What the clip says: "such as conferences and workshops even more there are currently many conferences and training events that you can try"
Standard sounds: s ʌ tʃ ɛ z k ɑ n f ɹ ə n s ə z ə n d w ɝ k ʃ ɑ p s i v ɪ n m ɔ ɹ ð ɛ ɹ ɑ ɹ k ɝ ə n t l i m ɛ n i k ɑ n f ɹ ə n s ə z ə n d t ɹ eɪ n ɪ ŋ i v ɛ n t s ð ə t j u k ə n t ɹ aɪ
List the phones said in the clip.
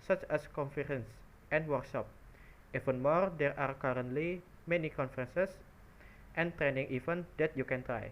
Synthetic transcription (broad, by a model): s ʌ tʃ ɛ s k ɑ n f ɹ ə n s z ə n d w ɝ k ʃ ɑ p i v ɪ n m ɔ ɹ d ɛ ɹ ɑ ɹ k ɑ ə n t l i m ɛ n i k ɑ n f ɹ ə n s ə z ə n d t ɹ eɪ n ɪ ŋ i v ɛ n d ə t j u k ə n t ɹ aɪ